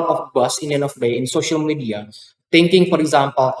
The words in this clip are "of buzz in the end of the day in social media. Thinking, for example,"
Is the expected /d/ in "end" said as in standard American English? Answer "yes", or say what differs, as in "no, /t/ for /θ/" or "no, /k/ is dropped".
no, /d/ is dropped